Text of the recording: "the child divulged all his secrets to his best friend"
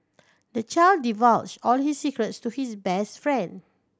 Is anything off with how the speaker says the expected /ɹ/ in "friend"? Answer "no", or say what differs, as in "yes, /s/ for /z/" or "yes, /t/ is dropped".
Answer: no